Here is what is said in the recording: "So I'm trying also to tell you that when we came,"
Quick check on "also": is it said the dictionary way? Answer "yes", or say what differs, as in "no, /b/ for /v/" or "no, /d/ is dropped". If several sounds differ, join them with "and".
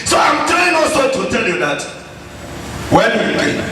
no, /l/ is dropped